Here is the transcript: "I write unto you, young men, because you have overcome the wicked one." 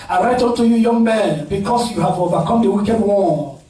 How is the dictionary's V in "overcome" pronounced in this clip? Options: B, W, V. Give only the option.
B